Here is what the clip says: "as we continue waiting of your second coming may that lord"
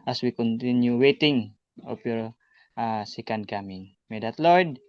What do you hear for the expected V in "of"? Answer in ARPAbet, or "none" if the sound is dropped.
P